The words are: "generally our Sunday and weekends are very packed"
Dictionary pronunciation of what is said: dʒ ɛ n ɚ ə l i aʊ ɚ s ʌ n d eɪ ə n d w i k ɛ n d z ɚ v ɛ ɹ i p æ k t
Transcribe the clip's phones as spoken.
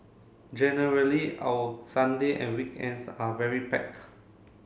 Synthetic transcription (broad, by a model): dʒ ɛ n ɚ ə l i aʊ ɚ s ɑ n d eɪ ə n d w i k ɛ n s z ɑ v ɛ ɹ i p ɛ k